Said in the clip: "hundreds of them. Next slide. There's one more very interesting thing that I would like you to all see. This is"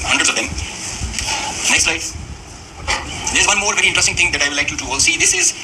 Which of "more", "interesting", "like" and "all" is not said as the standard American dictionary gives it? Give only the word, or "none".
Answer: interesting